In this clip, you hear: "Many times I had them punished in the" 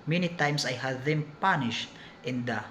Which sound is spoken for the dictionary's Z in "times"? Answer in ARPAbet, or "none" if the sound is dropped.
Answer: S